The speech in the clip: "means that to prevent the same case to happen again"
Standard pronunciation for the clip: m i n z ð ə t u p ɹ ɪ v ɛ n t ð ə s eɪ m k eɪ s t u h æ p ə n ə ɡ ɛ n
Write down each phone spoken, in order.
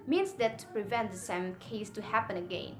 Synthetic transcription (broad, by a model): m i n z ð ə t u p ɹ ɪ v ɛ n t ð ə s eɪ m k eɪ s t u h æ p ə n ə ɡ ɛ n